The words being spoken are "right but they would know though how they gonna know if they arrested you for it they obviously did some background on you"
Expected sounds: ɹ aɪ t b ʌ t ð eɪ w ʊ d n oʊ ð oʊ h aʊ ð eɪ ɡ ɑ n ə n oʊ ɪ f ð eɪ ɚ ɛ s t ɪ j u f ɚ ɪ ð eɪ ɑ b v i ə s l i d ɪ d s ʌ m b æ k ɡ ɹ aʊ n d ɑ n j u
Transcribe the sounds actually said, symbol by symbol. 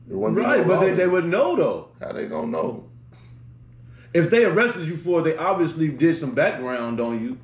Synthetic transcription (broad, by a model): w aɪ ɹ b ʌ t ð eɪ w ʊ d n oʊ ð oʊ h aʊ ð eɪ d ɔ ə n oʊ ɪ f ð eɪ ɚ ɛ s t ɪ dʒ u f ɚ ð eɪ ɑ b v i ə s l i d ɪ d s ʌ m b æ k ɡ ɹ aʊ n d n j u